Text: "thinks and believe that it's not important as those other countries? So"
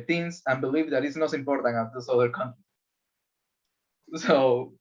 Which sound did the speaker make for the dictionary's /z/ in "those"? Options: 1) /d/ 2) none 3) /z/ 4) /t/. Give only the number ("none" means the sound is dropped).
2